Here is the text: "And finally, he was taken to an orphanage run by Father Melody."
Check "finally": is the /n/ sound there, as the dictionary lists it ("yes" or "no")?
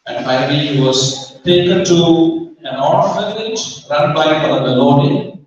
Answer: no